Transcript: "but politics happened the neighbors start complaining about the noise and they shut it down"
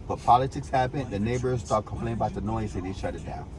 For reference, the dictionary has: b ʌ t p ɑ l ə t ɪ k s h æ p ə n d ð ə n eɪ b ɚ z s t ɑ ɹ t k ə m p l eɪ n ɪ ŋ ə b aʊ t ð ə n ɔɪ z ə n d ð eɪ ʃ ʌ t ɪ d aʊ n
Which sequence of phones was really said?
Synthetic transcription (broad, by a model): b ʌ t p ɑ l ə t ɪ k s h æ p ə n ð ə n eɪ b ɚ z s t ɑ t k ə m p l eɪ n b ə ɪ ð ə n ɔɪ z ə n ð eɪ ʃ ʌ t ɪ d aʊ n